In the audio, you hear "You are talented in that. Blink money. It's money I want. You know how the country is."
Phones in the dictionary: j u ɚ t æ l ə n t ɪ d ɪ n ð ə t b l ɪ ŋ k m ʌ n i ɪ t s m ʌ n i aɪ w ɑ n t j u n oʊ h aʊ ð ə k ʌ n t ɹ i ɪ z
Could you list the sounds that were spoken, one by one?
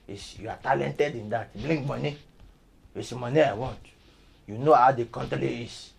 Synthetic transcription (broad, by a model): j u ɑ t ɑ l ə n t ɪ d ɪ n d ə t b l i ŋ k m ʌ n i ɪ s m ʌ n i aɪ w ɑ n t j u n oʊ h aʊ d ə k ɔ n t l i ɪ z